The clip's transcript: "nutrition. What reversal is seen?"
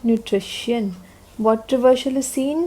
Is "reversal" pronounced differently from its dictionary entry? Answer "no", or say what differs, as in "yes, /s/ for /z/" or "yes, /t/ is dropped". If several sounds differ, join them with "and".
yes, /ʃ/ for /s/